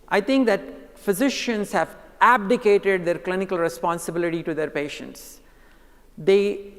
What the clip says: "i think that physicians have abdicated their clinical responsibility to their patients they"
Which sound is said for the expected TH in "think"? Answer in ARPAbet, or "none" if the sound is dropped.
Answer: T